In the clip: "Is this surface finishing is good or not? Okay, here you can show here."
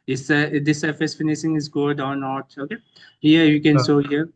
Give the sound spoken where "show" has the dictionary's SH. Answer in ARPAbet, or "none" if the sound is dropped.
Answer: S